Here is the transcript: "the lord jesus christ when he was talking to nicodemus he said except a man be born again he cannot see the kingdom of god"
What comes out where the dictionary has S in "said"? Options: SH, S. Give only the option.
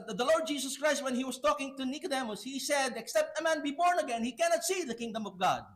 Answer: S